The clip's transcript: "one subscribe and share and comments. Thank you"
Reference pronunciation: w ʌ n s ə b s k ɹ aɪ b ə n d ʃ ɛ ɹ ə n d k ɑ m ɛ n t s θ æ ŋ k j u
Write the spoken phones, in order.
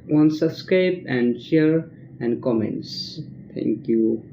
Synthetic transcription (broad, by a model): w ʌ n s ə s k ɛ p ə n d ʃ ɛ ɹ ə n d k ɑ m ɛ n t s t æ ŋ k j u